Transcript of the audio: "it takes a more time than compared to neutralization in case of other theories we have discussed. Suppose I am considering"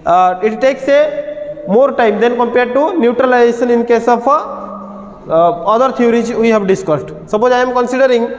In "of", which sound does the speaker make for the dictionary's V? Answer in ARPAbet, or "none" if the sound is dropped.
P